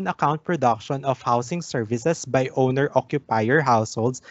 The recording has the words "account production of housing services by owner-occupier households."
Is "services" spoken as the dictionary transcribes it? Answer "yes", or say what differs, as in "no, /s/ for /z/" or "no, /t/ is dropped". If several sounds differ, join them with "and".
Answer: no, /s/ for /z/